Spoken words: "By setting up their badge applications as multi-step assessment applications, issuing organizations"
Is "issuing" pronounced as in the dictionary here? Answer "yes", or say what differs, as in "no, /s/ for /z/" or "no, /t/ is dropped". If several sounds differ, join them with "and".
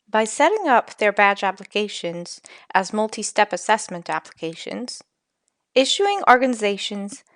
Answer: yes